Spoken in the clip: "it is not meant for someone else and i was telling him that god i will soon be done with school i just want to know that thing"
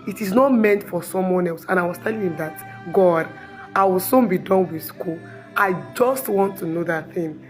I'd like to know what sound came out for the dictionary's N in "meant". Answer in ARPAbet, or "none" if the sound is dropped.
N